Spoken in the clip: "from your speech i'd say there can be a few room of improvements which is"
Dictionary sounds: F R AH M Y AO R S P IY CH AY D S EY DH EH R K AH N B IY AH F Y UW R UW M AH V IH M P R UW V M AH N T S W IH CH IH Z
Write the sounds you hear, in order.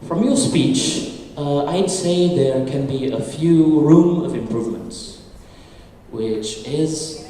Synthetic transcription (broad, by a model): F R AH M Y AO S P IY CH AY D S EY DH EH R K AH N B IY AH F Y UW R UW M AH V IH M P R UW V M AH N T S W IH CH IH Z